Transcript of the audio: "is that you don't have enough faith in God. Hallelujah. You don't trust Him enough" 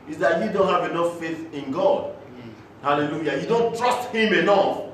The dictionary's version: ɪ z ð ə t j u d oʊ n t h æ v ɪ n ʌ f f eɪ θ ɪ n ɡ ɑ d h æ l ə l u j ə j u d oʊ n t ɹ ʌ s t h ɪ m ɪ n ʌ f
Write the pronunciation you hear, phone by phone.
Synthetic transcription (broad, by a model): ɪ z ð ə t j u d oʊ n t h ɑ v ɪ n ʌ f f eɪ θ ɪ n ɡ ɑ d h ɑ l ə l u j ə j u d oʊ n t ɹ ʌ s t h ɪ m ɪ n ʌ f